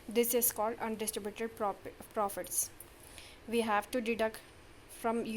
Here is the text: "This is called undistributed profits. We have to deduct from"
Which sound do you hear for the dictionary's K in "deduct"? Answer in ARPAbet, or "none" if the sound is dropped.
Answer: K